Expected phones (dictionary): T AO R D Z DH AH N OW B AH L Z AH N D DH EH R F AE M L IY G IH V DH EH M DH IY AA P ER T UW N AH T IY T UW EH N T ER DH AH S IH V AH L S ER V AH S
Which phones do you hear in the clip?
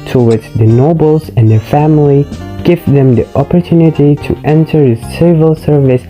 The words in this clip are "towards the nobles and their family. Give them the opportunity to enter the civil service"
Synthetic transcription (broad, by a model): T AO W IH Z DH AH N OW B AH L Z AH N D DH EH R F AE M L IY G IH V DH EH M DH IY AA P ER T UW N AH T IY T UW EH N T ER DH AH S IH V AH L S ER V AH S